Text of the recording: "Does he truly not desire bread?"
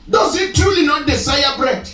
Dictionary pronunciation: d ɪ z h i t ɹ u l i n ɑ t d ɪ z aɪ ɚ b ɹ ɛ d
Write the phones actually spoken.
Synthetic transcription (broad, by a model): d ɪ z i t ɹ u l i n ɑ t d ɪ s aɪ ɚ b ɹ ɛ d